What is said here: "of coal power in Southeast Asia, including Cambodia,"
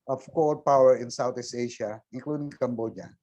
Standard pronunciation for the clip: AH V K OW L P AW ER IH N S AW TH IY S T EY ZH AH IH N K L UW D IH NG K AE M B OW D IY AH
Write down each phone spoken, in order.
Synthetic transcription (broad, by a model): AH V K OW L P AW ER IH N S AW T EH S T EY SH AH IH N K L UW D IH NG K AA M B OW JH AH